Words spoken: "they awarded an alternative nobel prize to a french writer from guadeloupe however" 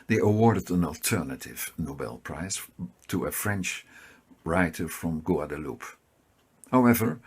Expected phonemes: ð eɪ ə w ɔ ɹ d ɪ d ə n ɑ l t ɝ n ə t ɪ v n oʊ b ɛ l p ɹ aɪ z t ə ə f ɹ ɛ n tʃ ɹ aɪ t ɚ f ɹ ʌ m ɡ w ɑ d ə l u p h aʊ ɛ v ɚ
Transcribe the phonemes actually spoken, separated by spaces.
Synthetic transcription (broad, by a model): ð eɪ ə w ɔ ɹ d ɪ d ə n ɑ l t ɝ n ə t ɪ v n oʊ b ɛ l p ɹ aɪ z t ə ə f ɹ ɛ n tʃ ɹ aɪ t ɚ f ɹ ʌ m ɡ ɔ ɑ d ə l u p h aʊ ɛ v ɚ